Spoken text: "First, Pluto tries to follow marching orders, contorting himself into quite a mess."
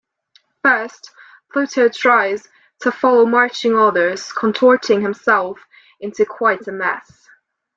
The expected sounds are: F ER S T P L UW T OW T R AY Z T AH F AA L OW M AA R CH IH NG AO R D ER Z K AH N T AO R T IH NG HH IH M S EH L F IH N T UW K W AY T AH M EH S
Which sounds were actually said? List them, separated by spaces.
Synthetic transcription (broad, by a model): F ER S T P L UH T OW T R AY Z T AH F AA L OW M AA R CH IH NG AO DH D ER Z K AH N T AO R T IH NG HH IH M S EH L F IH N T UW K W AY T AH M EH S